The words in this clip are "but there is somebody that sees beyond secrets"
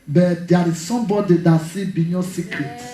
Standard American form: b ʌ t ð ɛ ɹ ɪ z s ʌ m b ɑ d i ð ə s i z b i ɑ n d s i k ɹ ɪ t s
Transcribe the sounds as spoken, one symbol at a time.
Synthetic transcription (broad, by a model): b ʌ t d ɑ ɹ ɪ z s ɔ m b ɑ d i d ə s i b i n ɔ s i k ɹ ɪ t